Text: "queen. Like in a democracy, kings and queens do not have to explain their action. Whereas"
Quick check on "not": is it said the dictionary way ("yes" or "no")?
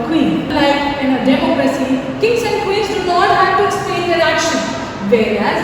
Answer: no